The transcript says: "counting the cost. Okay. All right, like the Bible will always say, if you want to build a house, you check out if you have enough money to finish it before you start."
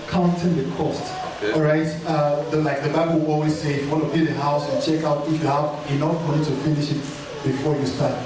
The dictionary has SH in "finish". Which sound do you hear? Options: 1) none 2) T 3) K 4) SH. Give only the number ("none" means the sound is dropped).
4